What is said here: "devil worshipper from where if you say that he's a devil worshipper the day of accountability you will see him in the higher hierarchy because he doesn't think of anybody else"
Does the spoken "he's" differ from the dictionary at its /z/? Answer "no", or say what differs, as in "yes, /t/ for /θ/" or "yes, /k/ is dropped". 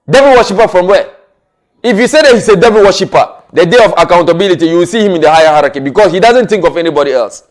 yes, /s/ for /z/